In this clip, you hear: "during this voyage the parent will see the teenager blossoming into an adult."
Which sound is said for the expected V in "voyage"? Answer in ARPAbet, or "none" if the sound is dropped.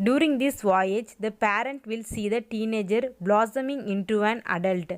V